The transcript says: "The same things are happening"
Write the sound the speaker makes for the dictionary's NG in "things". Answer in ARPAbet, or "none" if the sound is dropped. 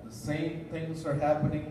NG